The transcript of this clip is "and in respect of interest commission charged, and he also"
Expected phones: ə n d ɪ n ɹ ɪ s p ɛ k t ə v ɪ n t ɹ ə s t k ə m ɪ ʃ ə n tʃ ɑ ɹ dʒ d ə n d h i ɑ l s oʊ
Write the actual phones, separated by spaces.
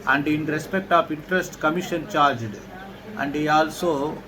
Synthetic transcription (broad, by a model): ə n d ɪ n ɹ ɪ s p ɛ k t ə p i n t ɹ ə s t k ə m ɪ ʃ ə n tʃ ɑ ɹ dʒ d ə n d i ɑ l s oʊ